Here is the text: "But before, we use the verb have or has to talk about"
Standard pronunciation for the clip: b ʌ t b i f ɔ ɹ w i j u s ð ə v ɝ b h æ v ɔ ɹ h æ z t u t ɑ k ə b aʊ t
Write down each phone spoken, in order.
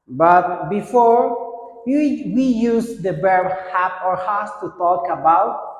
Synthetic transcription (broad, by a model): b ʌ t b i f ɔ ɹ w i j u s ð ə b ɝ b h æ p ɔ ɹ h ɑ s t u t ɑ k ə b aʊ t